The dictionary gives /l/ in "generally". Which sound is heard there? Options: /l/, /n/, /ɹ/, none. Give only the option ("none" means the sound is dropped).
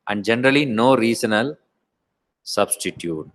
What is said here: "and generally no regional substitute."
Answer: /l/